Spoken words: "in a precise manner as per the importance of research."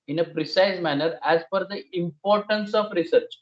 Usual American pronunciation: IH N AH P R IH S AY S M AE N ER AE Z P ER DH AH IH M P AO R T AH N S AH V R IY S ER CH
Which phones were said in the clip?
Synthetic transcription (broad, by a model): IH N AH P R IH S AY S M AE N ER AE Z F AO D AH IH M P AO R T AH N S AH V R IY S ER CH